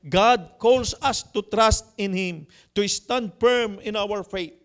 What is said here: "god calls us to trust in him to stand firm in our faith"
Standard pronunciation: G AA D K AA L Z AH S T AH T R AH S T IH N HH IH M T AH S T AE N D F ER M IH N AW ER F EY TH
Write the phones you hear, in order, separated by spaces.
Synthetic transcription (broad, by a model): G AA D K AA L S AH S T AH T R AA S T IH N HH IH M T AH S T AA N D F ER M IH N AW ER F EY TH